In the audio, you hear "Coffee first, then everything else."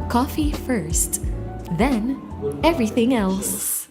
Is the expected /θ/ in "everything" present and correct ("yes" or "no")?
yes